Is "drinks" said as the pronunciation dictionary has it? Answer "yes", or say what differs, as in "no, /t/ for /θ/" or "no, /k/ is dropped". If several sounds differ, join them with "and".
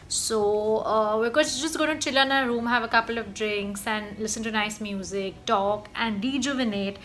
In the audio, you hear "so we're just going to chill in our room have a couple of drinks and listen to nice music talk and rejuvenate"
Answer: yes